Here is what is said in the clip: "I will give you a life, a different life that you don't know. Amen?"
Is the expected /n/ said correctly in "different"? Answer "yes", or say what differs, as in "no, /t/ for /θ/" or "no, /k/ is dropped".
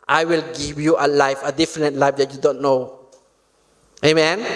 no, /n/ is dropped